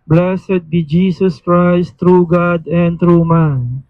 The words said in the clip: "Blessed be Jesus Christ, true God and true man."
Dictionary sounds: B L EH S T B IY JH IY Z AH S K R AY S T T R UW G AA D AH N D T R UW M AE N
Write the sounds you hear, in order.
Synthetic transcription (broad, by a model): B L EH S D B IY JH IY S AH S K R AY S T T R UW G AA D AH N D T R UW M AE N